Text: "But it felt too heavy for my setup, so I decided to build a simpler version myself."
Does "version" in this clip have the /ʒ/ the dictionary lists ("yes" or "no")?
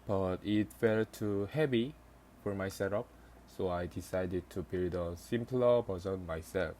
no